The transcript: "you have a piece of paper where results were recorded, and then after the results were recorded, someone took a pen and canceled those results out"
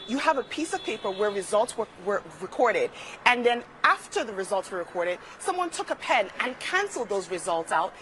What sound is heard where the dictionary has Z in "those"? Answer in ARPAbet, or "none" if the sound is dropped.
Z